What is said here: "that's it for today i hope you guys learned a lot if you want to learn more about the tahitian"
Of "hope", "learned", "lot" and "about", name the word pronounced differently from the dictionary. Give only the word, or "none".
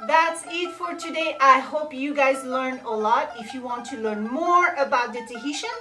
learned